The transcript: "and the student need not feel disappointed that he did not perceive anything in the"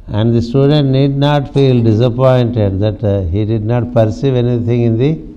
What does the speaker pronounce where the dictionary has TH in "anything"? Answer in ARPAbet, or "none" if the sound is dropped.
T